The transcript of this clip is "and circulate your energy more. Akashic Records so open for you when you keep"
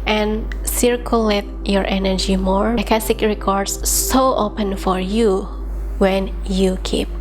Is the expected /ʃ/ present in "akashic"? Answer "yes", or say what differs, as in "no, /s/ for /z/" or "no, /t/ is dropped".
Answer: no, /s/ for /ʃ/